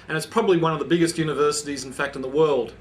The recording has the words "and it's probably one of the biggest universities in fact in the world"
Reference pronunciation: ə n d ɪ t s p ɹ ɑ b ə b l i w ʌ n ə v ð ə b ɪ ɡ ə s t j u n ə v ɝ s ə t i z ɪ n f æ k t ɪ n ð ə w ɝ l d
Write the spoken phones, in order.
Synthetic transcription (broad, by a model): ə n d ɪ t s p ɹ ɑ b ə b l i w ʌ n ə v ð ə b ɪ ɡ ə s t j u n ə v ɝ s ə t i z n f æ k t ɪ n ð ə w ɝ l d